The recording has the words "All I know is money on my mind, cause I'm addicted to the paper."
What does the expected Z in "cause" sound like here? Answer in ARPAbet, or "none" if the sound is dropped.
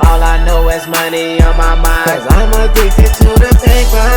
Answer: none